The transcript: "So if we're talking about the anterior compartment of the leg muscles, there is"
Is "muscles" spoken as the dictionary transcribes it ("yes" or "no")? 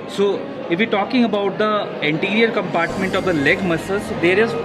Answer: no